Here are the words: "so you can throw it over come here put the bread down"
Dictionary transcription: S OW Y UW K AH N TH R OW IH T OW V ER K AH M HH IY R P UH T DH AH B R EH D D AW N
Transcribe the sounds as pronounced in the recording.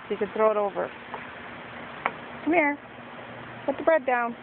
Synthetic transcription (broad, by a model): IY K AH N TH R OW IH T OW V ER K AH M HH IY R P UH T DH AH B R EH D D AW N